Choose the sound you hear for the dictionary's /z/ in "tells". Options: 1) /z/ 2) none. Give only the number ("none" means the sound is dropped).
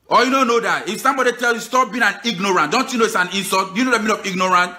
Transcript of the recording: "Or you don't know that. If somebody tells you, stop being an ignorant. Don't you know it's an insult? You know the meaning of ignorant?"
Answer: 2